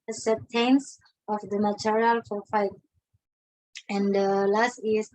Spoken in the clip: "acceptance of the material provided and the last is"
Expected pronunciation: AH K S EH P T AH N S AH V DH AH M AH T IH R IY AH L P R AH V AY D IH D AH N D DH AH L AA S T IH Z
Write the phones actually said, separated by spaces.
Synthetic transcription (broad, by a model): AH S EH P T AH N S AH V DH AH M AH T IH R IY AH L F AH F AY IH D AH N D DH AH L AA S T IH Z